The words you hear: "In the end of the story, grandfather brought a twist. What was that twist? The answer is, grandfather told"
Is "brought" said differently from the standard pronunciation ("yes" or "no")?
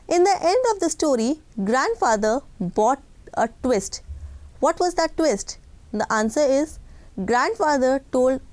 yes